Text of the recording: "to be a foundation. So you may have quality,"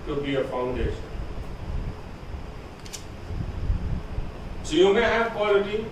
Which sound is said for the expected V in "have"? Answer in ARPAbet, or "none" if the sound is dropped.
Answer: P